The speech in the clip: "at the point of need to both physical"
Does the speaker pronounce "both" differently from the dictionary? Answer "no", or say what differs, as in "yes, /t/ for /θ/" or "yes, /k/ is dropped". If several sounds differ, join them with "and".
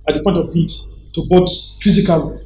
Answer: yes, /t/ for /θ/